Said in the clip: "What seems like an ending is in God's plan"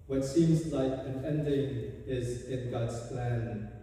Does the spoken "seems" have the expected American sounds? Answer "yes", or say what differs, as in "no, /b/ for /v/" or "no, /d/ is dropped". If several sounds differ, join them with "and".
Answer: yes